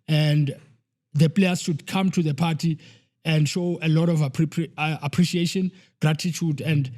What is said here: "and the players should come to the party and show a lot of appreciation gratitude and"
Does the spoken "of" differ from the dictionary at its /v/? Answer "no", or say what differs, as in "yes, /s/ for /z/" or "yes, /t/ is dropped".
yes, /p/ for /v/